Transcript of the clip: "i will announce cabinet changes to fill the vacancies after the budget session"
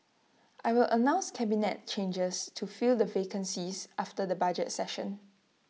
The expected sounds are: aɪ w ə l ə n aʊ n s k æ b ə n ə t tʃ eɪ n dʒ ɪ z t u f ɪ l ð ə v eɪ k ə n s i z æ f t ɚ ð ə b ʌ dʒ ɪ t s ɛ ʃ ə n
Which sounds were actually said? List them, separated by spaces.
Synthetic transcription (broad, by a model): aɪ w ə l ə n aʊ n s k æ b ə n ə t tʃ eɪ n dʒ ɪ s t u f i l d ə v eɪ k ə n s i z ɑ f t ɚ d ə b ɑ dʒ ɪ t s ɛ ʃ ə n